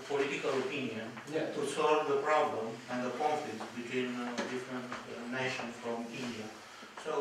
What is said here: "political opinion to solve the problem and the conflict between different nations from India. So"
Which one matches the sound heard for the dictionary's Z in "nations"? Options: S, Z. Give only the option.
S